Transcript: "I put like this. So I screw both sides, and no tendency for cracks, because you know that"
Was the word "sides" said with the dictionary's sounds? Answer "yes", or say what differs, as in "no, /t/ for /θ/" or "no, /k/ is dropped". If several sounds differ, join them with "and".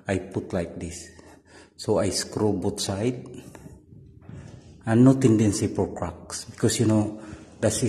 no, /z/ is dropped